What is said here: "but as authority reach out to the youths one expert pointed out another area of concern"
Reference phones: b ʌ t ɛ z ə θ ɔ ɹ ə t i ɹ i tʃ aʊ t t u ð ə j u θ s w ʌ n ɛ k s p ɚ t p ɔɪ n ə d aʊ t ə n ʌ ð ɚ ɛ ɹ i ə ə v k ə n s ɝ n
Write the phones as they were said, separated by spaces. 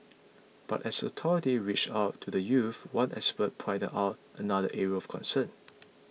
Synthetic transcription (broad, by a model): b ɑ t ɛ s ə t ɔ ɹ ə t i ɹ i tʃ aʊ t t u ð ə j u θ w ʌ n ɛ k s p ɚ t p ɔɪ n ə aʊ t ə n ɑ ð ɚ ɛ ɹ i ə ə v k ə n s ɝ n